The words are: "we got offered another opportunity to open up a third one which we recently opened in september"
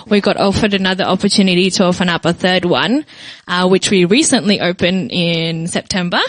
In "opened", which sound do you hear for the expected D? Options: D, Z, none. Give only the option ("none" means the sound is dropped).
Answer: none